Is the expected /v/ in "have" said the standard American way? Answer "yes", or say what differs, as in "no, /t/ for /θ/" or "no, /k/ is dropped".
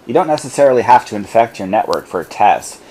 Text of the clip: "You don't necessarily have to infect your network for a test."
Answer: no, /f/ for /v/